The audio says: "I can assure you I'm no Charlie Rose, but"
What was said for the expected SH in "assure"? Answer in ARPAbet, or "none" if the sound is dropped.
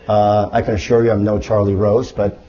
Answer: SH